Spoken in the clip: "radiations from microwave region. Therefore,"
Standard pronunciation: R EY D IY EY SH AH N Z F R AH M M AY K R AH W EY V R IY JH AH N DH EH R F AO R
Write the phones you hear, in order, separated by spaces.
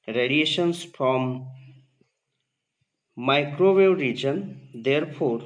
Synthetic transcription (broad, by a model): R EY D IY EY SH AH N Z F R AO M M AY K R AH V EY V R IY JH AH N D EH R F AO R